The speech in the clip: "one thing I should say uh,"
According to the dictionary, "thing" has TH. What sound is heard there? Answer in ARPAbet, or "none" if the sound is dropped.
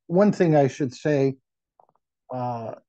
TH